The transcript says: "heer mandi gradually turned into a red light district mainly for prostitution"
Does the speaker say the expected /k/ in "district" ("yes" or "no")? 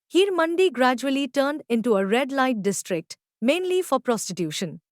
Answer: yes